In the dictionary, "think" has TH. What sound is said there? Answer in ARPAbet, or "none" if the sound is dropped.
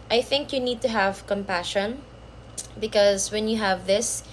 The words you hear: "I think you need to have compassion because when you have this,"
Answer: TH